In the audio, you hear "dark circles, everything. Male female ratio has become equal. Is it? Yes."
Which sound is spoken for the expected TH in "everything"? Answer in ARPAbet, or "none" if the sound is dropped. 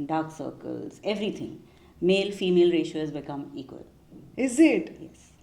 T